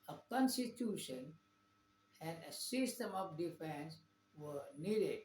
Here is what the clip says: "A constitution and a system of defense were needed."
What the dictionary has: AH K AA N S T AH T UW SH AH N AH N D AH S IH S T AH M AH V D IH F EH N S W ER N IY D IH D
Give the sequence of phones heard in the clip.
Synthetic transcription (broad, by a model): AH K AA N S T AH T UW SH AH N AH N D AH S IH S T AH M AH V D IH F EH N S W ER N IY D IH D